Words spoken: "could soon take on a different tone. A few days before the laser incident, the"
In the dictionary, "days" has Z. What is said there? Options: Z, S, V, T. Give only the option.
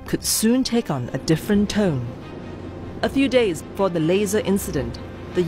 Z